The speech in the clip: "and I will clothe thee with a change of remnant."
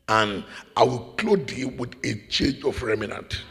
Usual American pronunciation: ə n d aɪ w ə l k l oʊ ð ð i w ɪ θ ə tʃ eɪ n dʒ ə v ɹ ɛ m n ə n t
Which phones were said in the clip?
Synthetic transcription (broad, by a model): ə n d aɪ w ə l k l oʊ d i w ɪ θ ə tʃ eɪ dʒ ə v ɹ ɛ m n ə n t